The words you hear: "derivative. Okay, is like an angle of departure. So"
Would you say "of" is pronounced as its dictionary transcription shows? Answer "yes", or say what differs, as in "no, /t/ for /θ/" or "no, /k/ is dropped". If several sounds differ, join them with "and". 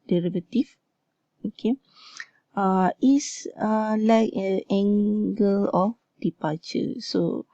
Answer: no, /f/ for /v/